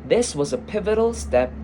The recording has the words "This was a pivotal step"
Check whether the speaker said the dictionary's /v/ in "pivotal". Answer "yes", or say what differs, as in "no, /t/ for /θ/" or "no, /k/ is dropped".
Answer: yes